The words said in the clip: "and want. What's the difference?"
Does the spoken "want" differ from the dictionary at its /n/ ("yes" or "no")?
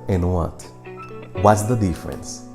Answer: yes